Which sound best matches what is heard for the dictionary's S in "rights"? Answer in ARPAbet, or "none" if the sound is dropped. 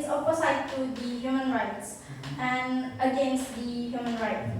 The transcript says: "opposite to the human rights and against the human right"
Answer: S